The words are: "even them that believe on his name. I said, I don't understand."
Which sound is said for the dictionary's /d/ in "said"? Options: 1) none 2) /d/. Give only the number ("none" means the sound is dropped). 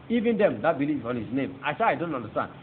1